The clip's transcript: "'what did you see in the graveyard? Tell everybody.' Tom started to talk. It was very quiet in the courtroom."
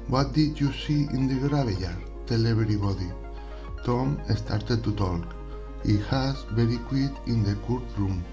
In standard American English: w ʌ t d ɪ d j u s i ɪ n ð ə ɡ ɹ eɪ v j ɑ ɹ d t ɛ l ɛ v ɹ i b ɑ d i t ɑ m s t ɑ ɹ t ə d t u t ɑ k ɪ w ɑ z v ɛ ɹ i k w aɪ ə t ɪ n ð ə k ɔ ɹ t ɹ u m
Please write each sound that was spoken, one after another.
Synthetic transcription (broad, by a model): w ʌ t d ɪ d j u s i ɪ n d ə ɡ ɹ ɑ b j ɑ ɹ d t ɛ l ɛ b ɹ i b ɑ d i t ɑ m s t ɑ ɹ t ə d t u t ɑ k ɪ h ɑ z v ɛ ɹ i k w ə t ɪ n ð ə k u ɹ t ɹ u m